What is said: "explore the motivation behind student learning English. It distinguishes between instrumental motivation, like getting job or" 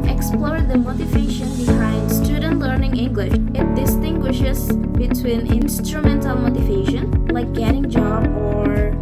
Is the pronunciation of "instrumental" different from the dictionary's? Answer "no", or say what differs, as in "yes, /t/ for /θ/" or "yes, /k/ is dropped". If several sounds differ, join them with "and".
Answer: yes, /n/ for /l/